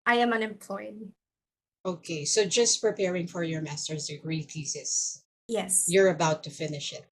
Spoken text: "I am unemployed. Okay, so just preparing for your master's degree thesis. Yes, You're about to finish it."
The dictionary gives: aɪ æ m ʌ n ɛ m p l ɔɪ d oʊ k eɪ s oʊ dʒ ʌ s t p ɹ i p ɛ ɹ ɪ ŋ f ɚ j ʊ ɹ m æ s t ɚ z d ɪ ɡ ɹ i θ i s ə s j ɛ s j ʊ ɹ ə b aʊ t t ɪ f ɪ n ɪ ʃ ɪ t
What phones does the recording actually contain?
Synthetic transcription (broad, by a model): aɪ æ m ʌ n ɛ m p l ɔɪ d oʊ k eɪ s oʊ dʒ ʌ s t p ɹ i p ɛ ɹ ɪ ŋ f ɚ j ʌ ɹ m æ s t ɚ z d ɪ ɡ ɹ i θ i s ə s j ɛ s j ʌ ɹ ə b aʊ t t ɪ f ɪ n ɪ ʃ ɪ t